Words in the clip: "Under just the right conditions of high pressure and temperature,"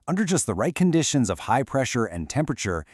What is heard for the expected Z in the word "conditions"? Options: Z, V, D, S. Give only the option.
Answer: Z